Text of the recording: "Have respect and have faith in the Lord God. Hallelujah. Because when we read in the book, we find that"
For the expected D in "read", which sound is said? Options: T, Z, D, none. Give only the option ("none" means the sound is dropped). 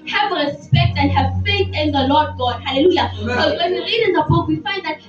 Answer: D